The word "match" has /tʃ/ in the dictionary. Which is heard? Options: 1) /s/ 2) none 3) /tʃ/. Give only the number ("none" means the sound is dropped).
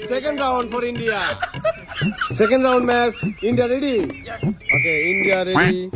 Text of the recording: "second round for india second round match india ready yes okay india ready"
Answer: 1